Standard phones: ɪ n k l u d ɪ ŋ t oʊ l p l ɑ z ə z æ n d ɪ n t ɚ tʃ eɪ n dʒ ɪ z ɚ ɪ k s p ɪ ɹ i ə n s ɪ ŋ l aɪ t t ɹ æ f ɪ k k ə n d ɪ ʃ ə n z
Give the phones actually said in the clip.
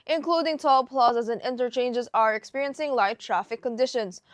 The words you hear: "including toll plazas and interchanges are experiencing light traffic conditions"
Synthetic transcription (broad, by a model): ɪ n k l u d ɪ ŋ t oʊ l p l ɑ z ə z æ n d ɪ n t ɚ tʃ eɪ n dʒ ɪ z ɚ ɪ k s p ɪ ɹ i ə n s ɪ ŋ l aɪ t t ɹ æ f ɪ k k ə n d ɪ ʃ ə n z